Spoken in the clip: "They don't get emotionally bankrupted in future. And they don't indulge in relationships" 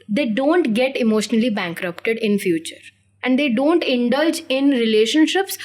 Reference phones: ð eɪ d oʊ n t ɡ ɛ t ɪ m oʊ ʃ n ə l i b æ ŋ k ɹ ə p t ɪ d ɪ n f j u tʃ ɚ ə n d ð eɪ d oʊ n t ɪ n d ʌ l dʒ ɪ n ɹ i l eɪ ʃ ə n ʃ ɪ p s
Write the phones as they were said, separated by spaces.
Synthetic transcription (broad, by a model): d eɪ d oʊ n t ɡ ɛ t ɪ m oʊ ʃ n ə l i b æ ŋ k ɹ ə p t ɪ d ɪ n f j u tʃ ɚ ə n d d eɪ d oʊ n t ɪ n d ʌ l dʒ ɪ n ɹ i l eɪ ʃ ə n ʃ ɪ p s